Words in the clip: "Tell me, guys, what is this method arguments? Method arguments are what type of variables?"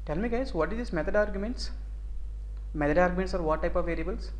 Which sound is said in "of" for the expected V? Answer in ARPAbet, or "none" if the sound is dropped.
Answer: V